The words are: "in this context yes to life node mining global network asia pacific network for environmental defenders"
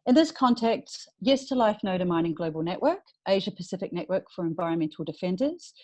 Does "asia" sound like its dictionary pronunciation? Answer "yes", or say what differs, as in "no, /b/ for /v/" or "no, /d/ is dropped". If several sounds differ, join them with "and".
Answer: yes